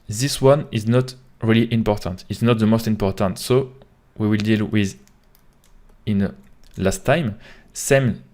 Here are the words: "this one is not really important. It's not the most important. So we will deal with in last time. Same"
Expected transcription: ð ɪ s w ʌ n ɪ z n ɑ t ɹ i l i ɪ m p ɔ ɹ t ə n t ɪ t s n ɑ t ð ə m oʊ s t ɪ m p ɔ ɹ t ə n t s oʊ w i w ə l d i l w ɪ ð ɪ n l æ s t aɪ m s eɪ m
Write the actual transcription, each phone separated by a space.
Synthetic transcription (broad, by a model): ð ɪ s w ʌ n ɪ z n ɑ t ɹ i l i ɪ m p ɔ ɹ t ə n t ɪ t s n ɑ t ð ə m oʊ s t ɪ m p ɔ ɹ t ə n t s oʊ w i w ə l d i l w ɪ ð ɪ n l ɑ s t aɪ m s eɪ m